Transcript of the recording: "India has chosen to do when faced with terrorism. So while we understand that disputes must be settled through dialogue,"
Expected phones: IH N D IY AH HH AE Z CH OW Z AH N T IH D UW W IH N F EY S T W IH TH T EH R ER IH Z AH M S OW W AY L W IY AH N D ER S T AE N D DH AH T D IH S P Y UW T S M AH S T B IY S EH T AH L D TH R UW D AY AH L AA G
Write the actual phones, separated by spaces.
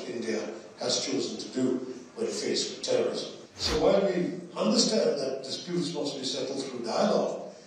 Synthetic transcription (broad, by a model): IH N D IY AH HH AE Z CH OW Z AH N T IH D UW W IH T F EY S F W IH T EH R ER IH Z AH M S OW W AY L W IY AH N D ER S T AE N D DH AH T D IH S P Y UW T S M AH S T B IY S EH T L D TH R UW D AY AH L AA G